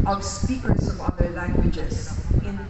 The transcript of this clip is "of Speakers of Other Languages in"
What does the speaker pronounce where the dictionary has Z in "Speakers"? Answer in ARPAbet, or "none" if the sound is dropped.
S